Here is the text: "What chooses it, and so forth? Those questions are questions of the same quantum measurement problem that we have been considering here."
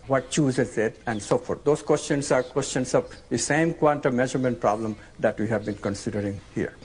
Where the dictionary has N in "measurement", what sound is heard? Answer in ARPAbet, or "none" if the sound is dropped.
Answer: N